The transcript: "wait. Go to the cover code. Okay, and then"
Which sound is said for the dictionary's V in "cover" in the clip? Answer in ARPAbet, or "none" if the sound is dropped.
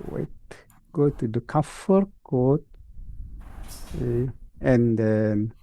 F